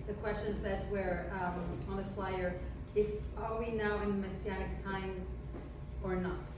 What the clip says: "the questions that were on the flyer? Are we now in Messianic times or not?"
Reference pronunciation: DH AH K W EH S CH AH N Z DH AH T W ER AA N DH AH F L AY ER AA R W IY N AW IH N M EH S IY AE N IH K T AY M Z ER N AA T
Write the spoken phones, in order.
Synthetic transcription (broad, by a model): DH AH K W EH S CH AH N Z DH AH T W ER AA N DH AH F L AY ER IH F W IY N AW IH N M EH S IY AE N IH K T AY M Z ER N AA T